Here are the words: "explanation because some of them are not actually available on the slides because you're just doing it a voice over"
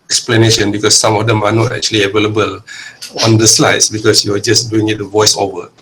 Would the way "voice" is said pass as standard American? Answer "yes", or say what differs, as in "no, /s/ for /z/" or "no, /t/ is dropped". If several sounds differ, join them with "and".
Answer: yes